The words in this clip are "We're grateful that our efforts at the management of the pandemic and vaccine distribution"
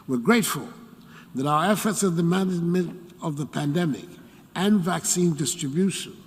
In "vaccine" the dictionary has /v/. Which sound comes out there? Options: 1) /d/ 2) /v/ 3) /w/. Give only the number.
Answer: 2